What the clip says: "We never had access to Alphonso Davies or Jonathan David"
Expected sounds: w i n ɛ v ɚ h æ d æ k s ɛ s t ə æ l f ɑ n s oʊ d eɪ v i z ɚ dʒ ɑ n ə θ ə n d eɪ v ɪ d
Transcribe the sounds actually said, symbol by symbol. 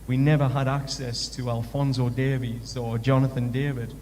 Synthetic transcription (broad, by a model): w i n ɛ v ɚ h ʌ d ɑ k s ɛ s t ə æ l f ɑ n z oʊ d eɪ v i z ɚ dʒ ɑ n ə θ ə n d eɪ v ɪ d